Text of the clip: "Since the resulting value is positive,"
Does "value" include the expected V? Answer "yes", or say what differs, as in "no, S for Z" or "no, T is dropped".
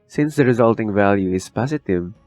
yes